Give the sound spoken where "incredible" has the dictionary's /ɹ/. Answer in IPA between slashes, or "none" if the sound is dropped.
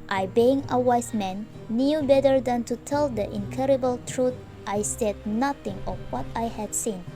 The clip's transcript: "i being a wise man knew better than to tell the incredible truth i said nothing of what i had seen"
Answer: none